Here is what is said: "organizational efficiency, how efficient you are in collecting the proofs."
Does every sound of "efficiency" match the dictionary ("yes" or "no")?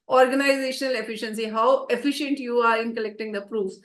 yes